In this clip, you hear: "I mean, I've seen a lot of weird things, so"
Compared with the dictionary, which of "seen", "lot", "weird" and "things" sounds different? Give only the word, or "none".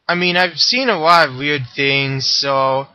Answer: none